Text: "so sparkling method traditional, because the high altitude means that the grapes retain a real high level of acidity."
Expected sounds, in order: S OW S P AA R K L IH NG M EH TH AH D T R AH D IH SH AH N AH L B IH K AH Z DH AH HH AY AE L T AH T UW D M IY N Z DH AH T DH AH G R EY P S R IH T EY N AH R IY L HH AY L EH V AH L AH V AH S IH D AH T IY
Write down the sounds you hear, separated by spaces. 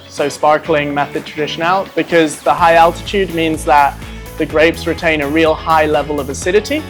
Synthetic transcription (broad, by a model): S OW S P AA R K L IH NG M EH TH AH D T R AH D IH SH AH N AH L B IH K AH Z DH AH HH AY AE L T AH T UW D M IY N Z DH AH T DH AH G R EY P S R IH T EY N AH R IY L HH AY L EH V AH L AH V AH S IH D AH T IY